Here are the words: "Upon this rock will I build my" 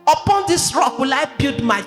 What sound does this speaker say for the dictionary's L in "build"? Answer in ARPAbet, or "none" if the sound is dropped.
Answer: none